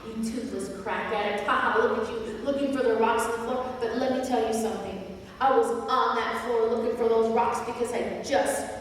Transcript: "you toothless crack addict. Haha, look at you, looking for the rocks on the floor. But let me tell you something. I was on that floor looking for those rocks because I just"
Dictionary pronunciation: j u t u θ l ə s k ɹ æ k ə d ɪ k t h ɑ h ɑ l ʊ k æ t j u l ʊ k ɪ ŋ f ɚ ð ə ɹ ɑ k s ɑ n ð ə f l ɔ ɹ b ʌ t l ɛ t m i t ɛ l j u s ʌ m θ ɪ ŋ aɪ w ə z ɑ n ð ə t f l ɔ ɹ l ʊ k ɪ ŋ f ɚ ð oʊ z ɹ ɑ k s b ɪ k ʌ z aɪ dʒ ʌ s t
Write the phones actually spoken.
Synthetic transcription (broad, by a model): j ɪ t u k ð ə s k ɹ æ k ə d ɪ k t h ɑ h ɑ l ʊ k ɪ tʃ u l ʊ k ɪ ŋ f ɚ ð ə ɹ ɑ k s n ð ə f l ɔ ɹ b ʌ t l ɛ t m i t ɛ l j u s ʌ m θ ɪ ŋ aɪ w ə z n ð ə t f l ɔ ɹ l ʊ k ɪ ŋ f ɚ ð oʊ z ɹ ɑ k s b ɪ k ʌ z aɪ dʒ ʌ s t